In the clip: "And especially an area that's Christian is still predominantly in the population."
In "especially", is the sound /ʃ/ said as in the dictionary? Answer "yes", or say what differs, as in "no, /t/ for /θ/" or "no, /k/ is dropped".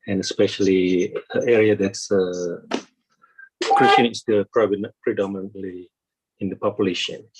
yes